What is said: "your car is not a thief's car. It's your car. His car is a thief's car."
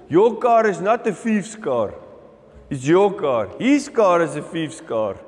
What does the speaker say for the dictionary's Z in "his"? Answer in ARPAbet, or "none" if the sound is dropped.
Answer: S